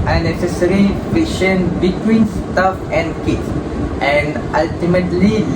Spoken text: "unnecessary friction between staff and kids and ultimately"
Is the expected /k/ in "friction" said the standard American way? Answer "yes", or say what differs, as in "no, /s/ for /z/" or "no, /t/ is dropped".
no, /k/ is dropped